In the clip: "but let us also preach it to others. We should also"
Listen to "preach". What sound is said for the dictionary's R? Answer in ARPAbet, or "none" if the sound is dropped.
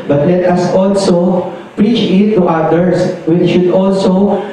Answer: R